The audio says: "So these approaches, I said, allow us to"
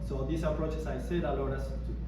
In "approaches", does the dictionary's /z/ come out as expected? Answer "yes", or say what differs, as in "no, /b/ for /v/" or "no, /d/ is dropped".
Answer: no, /s/ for /z/